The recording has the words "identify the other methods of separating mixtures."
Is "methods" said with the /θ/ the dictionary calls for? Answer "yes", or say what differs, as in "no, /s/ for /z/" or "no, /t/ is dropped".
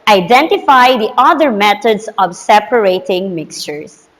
no, /t/ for /θ/